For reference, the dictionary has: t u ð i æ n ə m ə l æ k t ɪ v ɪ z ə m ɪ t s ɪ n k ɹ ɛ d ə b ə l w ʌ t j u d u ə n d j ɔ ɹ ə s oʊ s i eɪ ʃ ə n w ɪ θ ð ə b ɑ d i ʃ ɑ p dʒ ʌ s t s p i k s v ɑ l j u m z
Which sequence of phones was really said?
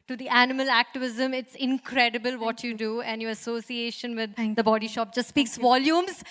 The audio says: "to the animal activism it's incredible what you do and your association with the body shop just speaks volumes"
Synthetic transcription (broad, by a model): t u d i æ n ə m ə l æ k t ɪ v ɪ z ə m ɪ t s ɪ n k ɹ ɛ d ə b ə l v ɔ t j u d u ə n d j ɔ ɹ ə s oʊ s i eɪ ʃ ə n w ɪ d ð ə b ɑ d i ʃ ɑ p dʒ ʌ s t s p i k s v ɑ l j u m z